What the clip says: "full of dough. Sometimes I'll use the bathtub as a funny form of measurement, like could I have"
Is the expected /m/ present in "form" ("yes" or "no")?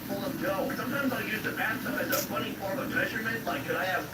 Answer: no